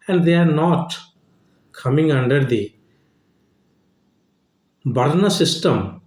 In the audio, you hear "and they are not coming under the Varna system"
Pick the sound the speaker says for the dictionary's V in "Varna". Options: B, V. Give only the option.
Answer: B